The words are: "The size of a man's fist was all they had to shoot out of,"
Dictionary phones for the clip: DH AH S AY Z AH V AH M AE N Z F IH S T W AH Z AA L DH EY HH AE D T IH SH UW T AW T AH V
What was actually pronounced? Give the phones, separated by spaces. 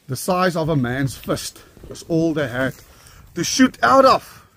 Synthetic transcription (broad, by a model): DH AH S AY Z AH V AH M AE N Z F IH S T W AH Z AA L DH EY HH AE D T IH SH UW T AW T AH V